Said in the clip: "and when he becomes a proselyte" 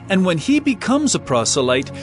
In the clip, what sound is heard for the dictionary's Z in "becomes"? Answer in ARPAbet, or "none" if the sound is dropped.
Z